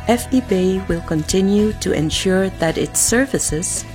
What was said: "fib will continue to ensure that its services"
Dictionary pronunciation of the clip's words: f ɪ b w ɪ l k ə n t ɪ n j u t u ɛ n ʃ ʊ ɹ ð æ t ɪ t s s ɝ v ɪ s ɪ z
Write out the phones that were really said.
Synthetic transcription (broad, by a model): f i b w ɪ l k ə n t ɪ n j u t u ɛ n ʃ ʊ ɹ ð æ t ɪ t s s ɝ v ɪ s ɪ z